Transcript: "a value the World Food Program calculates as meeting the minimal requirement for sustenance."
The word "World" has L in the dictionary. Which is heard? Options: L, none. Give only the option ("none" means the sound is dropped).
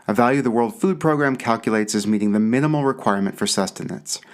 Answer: L